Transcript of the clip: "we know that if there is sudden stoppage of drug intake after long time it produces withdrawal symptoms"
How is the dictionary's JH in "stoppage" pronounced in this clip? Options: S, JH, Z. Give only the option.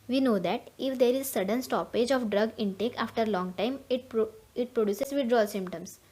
JH